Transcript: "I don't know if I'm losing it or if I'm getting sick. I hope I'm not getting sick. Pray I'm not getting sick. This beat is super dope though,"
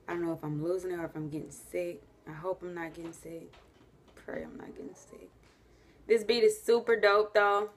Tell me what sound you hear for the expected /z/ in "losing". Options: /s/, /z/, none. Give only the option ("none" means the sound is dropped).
/z/